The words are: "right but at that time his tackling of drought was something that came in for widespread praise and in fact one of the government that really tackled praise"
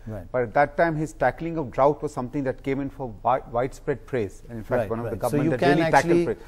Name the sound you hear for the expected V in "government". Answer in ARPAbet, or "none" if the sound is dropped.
none